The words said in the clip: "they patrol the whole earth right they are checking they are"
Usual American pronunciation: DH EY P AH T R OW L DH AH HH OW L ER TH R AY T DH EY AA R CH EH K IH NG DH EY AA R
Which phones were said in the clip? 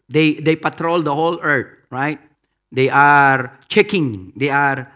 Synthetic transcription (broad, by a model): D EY P AH T R OW L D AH HH OW L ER T R AY T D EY AA R CH EH K IH NG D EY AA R